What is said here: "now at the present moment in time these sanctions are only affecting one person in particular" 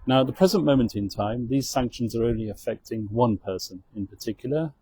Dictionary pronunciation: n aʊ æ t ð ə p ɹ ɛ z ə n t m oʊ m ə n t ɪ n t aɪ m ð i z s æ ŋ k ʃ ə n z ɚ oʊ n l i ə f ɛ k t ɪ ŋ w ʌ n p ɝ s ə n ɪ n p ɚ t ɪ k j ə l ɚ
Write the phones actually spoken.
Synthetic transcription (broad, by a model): n aʊ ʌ t ð ə p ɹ ɛ z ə n m oʊ m ə n t ɪ n t aɪ m ð i z s æ ŋ k ʃ ə n z ɚ oʊ n l i ə f ɛ k t ɪ ŋ w ʌ n p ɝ s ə n ɪ n p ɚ t ɪ k j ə l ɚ